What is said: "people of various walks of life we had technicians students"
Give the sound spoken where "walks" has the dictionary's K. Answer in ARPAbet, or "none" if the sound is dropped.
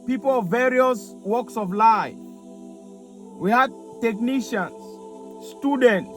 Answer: K